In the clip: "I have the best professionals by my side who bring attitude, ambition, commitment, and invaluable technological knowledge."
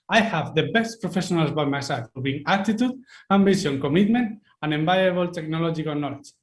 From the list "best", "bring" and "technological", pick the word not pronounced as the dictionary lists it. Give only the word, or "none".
bring